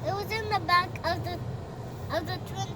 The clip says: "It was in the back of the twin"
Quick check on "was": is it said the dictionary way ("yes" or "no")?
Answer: yes